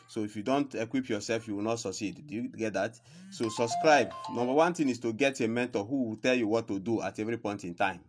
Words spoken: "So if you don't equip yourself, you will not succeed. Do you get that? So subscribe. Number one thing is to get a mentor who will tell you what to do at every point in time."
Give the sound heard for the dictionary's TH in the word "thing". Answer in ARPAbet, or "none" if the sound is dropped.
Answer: T